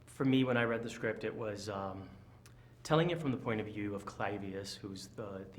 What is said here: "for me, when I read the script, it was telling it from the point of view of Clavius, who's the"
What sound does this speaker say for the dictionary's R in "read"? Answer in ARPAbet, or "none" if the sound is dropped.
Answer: R